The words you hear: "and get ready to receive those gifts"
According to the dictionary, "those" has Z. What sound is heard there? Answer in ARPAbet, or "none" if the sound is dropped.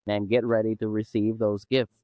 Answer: Z